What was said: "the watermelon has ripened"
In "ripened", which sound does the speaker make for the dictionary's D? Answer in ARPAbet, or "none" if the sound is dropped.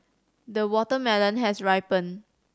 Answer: none